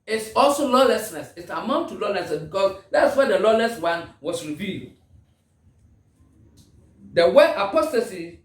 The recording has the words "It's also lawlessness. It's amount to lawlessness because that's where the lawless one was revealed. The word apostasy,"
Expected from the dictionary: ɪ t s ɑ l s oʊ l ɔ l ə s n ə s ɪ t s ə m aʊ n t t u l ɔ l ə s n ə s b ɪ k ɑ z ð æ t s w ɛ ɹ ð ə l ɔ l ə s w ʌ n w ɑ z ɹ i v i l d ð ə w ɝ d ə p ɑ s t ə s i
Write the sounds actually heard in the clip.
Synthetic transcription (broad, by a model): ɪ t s ɑ l s oʊ l ɔ l ə s n ə s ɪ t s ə m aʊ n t t u l ɔ l ə s n ə s b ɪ k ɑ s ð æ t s w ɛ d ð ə l ɔ l ə s w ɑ n w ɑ s ɹ i v i l d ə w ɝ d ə p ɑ s t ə s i